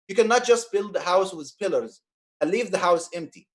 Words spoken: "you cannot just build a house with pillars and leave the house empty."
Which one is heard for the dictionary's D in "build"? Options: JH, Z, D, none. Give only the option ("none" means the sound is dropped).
D